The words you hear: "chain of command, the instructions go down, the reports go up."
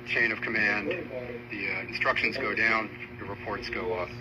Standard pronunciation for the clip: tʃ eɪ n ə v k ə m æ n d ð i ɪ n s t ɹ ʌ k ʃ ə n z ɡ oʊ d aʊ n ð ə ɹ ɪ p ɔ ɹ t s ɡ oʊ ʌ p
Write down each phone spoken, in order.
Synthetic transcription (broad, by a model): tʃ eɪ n ə v k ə m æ n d ð i ɪ n s t ɹ ʌ k ʃ ə n z ɡ oʊ d aʊ n ð ə ɹ ɪ p ɔ ɹ t s ɡ oʊ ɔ